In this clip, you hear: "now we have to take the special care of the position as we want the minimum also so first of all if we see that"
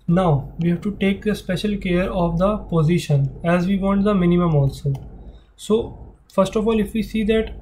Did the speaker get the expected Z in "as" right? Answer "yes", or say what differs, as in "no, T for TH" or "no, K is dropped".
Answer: yes